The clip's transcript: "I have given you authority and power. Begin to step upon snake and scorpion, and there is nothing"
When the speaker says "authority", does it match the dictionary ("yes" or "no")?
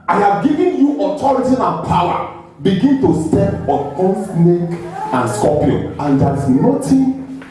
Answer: no